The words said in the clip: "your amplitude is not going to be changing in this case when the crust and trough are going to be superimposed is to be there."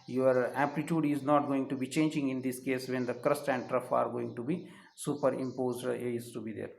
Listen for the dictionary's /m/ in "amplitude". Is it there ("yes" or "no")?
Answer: no